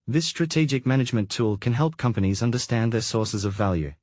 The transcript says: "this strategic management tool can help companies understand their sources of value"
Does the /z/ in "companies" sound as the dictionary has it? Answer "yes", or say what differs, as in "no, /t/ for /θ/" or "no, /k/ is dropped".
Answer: yes